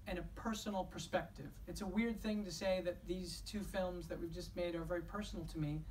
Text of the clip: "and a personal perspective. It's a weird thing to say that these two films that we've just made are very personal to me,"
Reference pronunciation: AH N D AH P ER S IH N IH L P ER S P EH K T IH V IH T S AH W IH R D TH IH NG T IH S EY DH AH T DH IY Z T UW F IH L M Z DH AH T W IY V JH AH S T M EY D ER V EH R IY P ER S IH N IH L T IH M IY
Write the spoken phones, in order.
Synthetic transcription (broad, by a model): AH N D AH P ER S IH N L P ER S P EH K T IH V IH T S AH W IH R D TH IH NG T IH S EY DH AH T DH IY Z T UW F IH L M Z DH AH T W IY V JH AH S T M EY D ER V EH R IY P ER S N L T IH M IY